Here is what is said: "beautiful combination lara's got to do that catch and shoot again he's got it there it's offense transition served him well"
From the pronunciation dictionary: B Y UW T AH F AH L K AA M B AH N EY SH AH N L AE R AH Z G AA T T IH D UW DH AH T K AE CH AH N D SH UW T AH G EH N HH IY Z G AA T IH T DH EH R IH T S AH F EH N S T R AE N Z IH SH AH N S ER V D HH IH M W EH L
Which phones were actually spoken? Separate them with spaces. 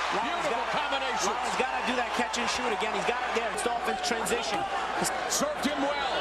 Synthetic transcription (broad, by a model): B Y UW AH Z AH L K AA M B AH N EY AH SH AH Z G AA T T IH D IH DH AH T K AE CH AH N SH UW T AH G EH N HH IY Z G AA T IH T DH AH R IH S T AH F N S T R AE N Z IH SH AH N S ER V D HH IH M W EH L